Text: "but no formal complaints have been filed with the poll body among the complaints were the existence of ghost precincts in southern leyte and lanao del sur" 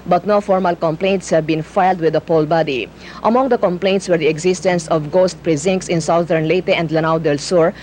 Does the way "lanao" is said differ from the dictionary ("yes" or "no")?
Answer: no